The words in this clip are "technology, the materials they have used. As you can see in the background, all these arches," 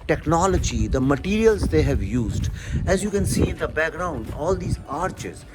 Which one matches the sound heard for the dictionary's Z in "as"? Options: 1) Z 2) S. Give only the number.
1